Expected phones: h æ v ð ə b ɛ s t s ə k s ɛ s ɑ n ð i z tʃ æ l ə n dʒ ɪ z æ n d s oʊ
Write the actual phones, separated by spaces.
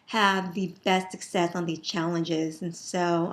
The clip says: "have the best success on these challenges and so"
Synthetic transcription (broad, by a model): h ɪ v ð ə b ɛ s t s ə k s ɛ s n ð i z tʃ æ l ə n dʒ ɪ z n s oʊ